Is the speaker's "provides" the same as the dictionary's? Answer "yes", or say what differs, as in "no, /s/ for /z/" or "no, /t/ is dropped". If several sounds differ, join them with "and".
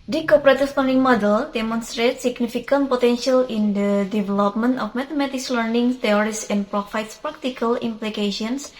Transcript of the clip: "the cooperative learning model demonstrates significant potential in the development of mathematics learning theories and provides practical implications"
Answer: no, /f/ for /v/